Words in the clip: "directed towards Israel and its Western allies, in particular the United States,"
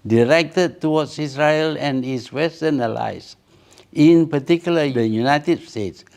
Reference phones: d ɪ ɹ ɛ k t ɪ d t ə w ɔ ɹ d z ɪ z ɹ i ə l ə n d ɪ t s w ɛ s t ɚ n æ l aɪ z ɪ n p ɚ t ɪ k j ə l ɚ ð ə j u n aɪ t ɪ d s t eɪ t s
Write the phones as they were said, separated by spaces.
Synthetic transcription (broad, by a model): d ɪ ɹ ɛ k t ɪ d t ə w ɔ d s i s ɹ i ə l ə n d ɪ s w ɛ s t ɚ n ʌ l aɪ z ɪ n p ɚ t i k j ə l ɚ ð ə j u n aɪ t ɪ d s t eɪ t s